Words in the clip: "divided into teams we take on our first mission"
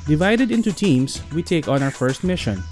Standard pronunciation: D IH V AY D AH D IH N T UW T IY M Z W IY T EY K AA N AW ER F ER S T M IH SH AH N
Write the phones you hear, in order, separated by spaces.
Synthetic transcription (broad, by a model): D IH V AY D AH D IH N T UW T IY M S W IY T EY K AA N AW ER F ER S T M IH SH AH N